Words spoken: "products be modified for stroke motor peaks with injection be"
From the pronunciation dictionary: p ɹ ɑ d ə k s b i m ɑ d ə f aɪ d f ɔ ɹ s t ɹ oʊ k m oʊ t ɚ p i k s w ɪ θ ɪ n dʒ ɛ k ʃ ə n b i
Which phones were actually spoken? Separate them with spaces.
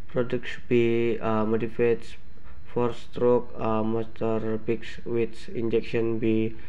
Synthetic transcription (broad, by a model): p ɹ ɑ d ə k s b i m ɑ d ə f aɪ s f ɔ ɹ s t ɹ oʊ k m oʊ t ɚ b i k s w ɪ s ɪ n dʒ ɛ k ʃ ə n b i